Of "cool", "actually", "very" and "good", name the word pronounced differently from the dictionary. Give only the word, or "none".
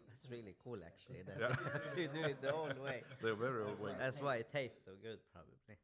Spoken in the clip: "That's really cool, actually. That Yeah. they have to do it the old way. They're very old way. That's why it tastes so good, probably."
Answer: actually